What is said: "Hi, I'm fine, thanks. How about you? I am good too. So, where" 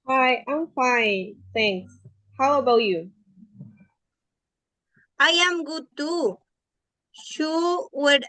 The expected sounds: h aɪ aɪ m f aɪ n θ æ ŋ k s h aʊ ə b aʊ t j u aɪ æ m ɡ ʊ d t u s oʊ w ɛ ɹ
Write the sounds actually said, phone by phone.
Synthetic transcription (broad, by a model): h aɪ aɪ m f aɪ n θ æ ŋ k s h aʊ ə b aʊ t j u aɪ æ m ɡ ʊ t u ʃ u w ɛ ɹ